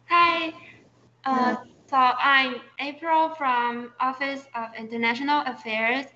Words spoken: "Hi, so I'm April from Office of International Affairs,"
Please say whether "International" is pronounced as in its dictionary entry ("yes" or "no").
yes